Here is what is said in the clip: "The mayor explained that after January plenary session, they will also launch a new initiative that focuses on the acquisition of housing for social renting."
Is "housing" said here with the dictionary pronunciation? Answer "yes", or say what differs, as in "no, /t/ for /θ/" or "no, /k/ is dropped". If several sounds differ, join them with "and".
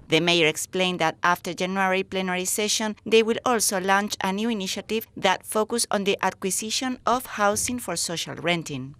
no, /s/ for /z/